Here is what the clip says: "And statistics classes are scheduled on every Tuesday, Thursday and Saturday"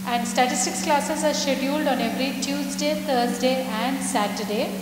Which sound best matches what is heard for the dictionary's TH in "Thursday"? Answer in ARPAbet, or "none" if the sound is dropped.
T